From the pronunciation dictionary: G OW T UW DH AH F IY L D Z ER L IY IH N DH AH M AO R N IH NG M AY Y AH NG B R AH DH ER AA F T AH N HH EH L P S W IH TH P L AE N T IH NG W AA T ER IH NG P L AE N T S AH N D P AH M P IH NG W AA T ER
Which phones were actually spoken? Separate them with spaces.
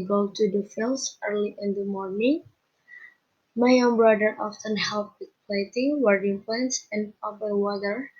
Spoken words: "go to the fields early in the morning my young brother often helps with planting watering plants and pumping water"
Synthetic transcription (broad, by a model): G OW T UW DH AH F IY L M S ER L IY IH N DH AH M AO R N IH NG M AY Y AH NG B R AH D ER AA F T AH N HH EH L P W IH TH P L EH T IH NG W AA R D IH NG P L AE N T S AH N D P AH P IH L W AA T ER